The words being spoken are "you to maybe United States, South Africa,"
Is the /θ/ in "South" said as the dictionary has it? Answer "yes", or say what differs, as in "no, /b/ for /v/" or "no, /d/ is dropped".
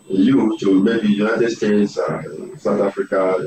no, /t/ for /θ/